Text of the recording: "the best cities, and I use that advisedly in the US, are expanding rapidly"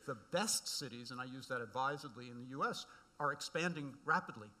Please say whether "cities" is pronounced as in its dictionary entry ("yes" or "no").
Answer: yes